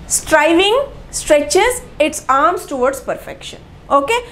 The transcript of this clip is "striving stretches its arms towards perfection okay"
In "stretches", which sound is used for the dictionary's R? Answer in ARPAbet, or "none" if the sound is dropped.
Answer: R